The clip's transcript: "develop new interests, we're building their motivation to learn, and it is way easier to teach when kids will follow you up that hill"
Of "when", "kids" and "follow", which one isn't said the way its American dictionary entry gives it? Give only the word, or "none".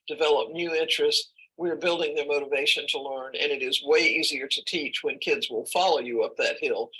none